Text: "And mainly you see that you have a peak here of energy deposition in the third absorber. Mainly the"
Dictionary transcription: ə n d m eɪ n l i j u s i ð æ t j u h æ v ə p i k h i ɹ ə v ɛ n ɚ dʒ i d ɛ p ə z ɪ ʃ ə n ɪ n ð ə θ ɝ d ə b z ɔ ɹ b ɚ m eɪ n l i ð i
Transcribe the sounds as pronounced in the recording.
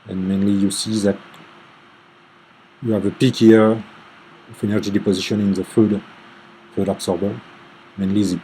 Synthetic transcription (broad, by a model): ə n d m eɪ n l i j u s i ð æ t j u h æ v ə p i k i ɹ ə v ɛ n ɚ dʒ i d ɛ p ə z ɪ ʃ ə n ɪ n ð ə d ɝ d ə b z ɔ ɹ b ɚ m eɪ n l i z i